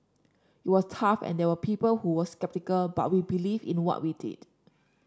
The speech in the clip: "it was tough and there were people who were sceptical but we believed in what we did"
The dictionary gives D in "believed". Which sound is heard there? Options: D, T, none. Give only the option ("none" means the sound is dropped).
none